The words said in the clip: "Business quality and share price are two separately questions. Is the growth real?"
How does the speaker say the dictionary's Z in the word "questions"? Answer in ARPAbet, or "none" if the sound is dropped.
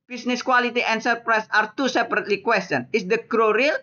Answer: none